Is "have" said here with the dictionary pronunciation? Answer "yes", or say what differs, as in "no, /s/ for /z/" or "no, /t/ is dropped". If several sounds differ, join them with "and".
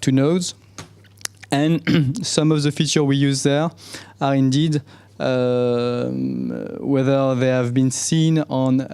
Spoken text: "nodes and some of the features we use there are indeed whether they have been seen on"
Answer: yes